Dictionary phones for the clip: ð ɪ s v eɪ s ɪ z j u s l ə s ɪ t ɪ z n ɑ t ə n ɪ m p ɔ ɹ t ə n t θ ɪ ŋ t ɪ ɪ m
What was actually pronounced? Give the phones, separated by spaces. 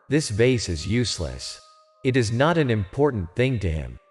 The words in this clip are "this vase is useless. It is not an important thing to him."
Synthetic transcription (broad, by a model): ð ɪ s v eɪ s ɪ z j u s l ə s ɪ t ɪ z n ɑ t ə n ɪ m p ɔ ɹ t n θ ɪ ŋ t ɪ ɪ m